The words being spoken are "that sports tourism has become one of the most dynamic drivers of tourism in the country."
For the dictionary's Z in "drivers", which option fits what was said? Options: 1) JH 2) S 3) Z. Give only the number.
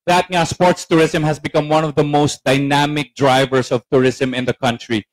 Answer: 2